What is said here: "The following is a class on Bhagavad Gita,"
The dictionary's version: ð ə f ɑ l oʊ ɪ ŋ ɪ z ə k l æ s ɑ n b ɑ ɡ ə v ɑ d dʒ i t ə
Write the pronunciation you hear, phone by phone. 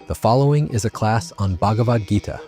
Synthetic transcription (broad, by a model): ð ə f ɑ l oʊ ɪ ŋ ɪ z ə k l æ s n b ɑ ɡ ə v ɑ d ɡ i t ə